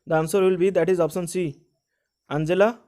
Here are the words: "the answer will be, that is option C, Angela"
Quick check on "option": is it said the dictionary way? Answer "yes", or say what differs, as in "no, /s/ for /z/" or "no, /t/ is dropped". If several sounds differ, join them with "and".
no, /s/ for /ʃ/